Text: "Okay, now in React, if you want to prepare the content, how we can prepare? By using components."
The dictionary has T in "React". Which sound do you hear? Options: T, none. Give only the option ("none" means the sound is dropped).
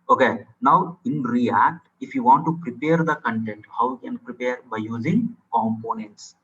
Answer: T